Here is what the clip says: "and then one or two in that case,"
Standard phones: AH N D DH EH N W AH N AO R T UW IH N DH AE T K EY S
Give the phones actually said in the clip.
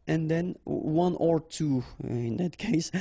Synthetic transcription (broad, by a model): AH N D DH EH N W AH N AO R T UW IH N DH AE T K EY S